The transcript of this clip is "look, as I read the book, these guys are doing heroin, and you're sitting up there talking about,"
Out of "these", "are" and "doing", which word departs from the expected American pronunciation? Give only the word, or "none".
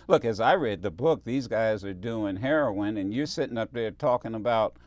none